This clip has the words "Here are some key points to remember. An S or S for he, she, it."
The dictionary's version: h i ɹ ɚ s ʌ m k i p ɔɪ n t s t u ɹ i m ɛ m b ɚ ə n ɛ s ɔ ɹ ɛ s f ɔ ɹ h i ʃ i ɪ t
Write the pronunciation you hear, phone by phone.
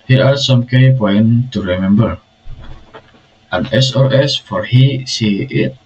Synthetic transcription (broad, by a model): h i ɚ s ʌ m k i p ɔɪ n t t u ɹ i m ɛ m b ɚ ə n ɛ s ɔ ɹ ɛ s f ɔ ɹ h i s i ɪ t